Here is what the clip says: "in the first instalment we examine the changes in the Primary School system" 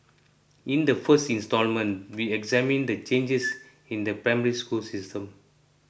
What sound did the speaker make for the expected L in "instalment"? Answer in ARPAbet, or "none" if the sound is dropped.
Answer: L